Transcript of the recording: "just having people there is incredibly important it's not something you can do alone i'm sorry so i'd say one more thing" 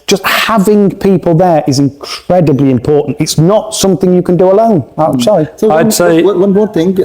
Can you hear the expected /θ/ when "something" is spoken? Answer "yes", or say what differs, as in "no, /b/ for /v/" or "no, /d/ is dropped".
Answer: yes